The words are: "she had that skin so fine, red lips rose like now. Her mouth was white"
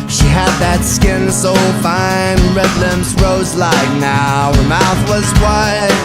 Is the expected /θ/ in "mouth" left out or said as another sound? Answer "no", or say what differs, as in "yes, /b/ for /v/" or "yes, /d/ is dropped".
no